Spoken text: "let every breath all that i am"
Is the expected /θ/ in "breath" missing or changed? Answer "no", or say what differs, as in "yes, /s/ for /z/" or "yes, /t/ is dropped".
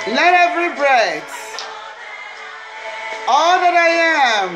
yes, /s/ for /θ/